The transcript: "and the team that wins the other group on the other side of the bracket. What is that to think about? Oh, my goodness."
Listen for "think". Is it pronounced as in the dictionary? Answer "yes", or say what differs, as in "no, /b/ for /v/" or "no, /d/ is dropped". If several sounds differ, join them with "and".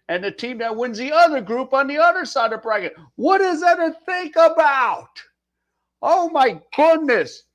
yes